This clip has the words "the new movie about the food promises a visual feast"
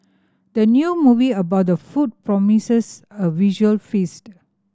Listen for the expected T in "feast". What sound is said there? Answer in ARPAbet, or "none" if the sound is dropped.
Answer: T